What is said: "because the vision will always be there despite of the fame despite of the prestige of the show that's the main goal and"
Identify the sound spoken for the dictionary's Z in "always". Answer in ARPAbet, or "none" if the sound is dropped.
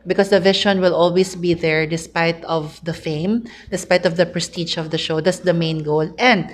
S